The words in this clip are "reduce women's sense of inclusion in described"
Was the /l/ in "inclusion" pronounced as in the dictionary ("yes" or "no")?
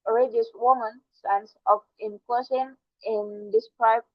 no